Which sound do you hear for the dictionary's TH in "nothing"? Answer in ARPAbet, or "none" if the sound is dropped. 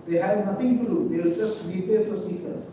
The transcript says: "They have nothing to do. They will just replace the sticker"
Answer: T